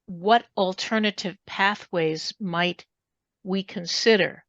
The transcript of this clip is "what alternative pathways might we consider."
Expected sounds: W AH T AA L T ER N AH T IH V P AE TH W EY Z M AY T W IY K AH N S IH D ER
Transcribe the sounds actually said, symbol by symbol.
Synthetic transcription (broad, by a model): W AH T L T ER N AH T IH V P AE TH W EY Z M AY T W IY K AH N S IH D ER